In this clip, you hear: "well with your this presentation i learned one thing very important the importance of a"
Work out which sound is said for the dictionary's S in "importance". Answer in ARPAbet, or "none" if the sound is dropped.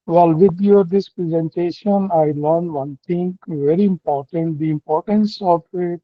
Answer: S